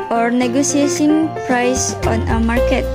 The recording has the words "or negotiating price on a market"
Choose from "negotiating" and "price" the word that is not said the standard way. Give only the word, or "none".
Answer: negotiating